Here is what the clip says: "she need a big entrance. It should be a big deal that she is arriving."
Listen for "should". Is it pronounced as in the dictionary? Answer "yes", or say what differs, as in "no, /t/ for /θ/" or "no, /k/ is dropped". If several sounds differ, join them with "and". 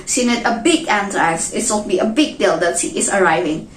no, /s/ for /ʃ/